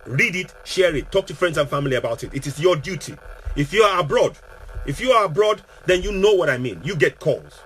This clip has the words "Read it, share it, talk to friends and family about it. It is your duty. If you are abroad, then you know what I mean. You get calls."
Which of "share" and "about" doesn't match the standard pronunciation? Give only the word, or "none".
none